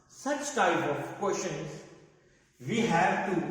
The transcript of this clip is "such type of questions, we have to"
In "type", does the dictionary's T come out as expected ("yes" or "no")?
yes